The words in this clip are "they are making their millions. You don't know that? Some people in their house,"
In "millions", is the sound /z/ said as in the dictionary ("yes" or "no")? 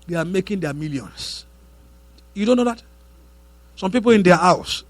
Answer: no